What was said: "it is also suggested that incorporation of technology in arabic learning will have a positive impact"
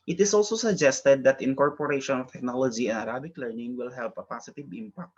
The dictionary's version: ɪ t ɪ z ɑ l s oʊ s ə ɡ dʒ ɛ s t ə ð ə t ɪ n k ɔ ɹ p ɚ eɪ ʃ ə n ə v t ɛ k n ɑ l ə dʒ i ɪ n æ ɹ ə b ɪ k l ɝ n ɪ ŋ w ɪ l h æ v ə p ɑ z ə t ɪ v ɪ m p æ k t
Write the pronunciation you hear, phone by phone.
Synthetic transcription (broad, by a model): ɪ t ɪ s ɑ l s oʊ s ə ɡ dʒ ɛ s t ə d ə t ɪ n k ɔ ɹ p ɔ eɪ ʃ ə n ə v t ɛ k n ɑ l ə dʒ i ɪ n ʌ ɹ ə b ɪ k l ɝ n ɪ ŋ w ɪ l h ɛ p ə p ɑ s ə t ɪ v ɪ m p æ k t